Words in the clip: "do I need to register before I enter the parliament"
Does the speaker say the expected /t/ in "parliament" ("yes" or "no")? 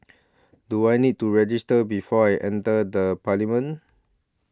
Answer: no